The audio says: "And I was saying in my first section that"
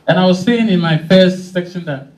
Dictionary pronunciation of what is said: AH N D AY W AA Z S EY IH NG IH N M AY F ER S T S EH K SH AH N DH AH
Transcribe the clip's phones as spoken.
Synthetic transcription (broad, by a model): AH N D AY W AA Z S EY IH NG IH N M AY F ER S T S EH K SH AH N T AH